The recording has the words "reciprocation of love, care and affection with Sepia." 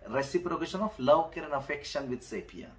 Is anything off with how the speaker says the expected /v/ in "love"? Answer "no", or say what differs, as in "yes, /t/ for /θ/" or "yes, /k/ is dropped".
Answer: yes, /w/ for /v/